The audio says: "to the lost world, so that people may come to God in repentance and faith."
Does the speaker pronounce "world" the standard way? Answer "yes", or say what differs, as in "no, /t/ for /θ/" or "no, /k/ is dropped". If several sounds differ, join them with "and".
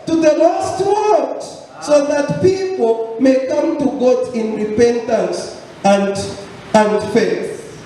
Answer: no, /l/ is dropped